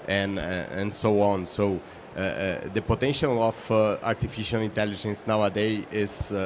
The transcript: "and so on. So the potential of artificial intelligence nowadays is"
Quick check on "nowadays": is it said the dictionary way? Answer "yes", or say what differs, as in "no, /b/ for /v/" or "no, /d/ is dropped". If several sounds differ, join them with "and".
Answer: no, /z/ is dropped